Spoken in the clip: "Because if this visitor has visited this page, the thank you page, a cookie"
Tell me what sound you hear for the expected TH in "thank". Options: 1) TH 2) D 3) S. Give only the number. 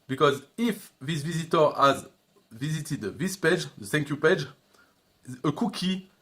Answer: 3